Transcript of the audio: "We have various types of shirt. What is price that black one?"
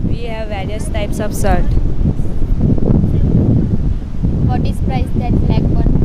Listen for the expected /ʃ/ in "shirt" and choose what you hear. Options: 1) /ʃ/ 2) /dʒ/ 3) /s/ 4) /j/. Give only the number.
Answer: 3